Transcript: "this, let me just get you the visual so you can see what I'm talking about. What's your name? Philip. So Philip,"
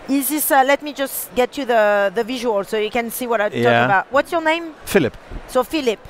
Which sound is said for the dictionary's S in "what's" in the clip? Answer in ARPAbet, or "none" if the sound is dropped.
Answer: S